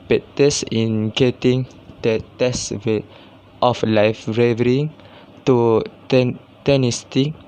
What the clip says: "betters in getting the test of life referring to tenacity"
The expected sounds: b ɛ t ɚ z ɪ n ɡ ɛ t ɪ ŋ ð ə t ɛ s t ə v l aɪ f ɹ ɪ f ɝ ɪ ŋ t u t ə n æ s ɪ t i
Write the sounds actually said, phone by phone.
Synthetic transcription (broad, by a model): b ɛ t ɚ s ɪ n ɡ ɛ t ɪ ŋ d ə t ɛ s t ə f l aɪ f ɹ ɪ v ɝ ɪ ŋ t u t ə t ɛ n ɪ t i